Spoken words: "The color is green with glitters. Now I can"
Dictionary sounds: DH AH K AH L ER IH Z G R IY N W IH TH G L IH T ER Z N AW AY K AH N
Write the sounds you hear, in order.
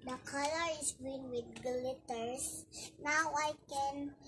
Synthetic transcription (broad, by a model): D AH K AH L ER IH S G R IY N W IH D G L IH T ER S N AW AY K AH N